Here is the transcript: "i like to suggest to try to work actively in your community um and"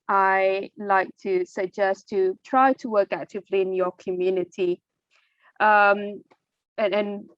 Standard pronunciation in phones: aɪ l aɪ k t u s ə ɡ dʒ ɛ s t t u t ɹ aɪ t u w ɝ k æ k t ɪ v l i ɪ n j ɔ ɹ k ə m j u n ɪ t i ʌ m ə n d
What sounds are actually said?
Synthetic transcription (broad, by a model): aɪ l aɪ k t u s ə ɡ dʒ ɛ s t t u t ɹ aɪ t u w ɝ k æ t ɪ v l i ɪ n j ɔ k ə m j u n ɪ t i ʌ m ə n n